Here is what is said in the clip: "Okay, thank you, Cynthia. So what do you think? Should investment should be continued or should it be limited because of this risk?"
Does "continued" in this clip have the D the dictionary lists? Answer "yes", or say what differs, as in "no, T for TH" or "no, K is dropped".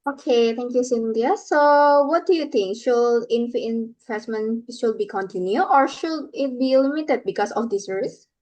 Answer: no, D is dropped